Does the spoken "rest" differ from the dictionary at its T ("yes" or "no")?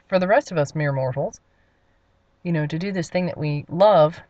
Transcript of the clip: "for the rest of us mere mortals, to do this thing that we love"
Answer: no